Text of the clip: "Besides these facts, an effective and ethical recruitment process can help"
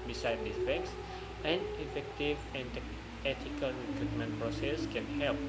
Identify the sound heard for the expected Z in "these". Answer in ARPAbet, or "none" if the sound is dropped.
none